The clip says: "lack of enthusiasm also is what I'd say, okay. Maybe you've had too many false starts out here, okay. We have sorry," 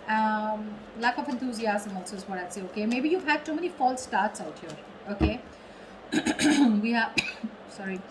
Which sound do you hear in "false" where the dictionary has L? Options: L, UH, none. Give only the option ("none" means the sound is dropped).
L